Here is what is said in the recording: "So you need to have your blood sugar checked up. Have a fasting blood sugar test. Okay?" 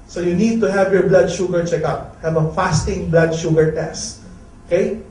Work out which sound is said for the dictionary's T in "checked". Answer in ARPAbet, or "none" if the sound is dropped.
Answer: none